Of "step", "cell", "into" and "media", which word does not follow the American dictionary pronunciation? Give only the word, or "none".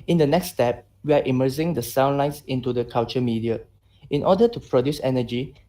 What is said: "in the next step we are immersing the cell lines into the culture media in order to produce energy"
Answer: cell